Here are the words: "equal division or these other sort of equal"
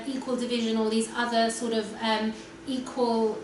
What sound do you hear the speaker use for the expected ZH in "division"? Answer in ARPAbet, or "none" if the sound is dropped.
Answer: ZH